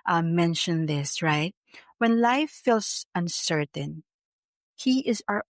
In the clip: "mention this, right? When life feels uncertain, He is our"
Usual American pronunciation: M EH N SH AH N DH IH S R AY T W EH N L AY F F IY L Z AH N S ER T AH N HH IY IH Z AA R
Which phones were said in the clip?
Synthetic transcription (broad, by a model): M EH N SH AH N DH IH S R AY T W EH N L AY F F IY L S AH N S ER T AH N HH IY IH Z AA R